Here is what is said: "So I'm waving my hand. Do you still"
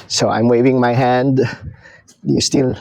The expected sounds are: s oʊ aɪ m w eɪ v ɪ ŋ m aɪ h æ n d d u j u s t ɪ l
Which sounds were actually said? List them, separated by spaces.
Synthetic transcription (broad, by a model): s oʊ aɪ m w eɪ v ɪ ŋ m aɪ h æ n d d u j u s t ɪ l